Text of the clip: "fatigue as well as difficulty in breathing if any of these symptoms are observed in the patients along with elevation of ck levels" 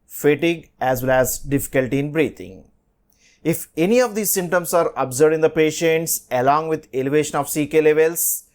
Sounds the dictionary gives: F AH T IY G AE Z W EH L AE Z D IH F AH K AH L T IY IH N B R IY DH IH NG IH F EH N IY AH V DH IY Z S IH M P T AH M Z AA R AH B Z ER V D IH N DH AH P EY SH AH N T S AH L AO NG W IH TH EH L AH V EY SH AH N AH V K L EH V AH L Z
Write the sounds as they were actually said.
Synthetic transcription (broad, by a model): F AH T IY G AE Z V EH L AE Z D IH F AH K AH L T IY IH N B R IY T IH NG IH F EH N IY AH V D IY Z S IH M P T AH M S AA R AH B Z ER D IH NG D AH P EY SH AH N T S AH L AO NG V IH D EH L AH V EY SH AH N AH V K L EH V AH L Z